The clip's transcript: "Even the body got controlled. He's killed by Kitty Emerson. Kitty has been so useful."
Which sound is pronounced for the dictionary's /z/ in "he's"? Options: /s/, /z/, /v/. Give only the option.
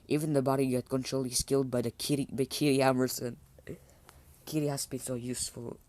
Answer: /s/